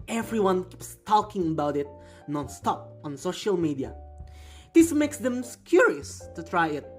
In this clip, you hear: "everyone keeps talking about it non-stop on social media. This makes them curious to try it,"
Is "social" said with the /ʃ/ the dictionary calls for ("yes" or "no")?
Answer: yes